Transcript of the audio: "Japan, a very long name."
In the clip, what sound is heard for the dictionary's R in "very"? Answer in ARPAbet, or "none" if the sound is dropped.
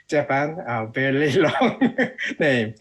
L